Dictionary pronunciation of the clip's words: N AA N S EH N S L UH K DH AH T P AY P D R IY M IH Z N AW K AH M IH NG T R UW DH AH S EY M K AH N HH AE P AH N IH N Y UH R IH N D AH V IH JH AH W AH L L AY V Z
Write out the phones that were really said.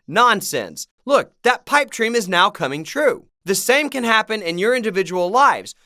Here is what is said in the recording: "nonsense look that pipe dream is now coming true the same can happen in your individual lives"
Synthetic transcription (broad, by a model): N AA N S EH N S L UH K DH AH T P AY P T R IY M IH Z N AW K AH M IH NG T R UW DH AH S EY M K AH N HH AE P AH N IH N Y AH R IH N D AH V IH JH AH W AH L L AY V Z